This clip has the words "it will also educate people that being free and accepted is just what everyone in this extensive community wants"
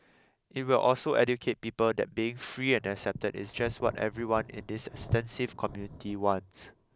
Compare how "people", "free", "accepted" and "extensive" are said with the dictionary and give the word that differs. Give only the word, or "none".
none